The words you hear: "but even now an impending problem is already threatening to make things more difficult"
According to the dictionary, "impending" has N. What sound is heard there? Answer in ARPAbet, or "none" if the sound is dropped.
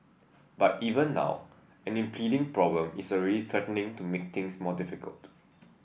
none